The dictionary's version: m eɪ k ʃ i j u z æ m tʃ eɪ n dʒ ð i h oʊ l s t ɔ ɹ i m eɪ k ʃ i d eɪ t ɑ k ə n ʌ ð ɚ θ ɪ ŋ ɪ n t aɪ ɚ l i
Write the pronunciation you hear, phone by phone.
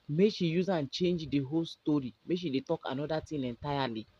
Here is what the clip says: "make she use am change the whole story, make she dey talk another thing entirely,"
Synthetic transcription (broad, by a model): m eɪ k ʃ i j u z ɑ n tʃ eɪ n dʒ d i h oʊ l s t ɔ ɹ i m eɪ k ʃ i d eɪ t ɑ k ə n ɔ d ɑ t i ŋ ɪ n t aɪ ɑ l i